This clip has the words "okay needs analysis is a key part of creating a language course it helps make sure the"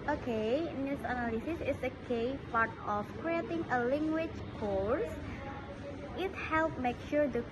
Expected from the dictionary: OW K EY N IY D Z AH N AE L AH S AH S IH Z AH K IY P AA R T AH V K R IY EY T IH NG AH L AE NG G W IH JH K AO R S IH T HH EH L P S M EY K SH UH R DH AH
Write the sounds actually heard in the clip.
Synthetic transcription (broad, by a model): OW K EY N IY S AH N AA L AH S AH S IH S AH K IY P AA R T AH F K R IY EY T IH NG AH L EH NG G W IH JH K AO R S IH T HH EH L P M EY K SH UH R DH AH